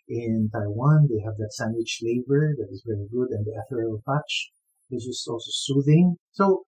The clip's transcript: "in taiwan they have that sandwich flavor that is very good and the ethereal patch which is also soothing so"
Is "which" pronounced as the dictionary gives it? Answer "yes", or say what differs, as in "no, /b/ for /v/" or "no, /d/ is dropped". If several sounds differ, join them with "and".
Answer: no, /s/ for /tʃ/